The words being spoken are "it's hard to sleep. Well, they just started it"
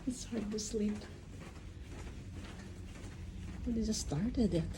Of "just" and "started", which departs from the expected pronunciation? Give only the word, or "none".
just